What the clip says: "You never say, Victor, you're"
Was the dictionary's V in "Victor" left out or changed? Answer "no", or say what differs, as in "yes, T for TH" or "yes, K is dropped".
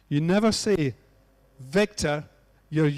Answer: no